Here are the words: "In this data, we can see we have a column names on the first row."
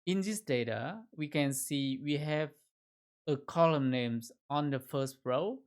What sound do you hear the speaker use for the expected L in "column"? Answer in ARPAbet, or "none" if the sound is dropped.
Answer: L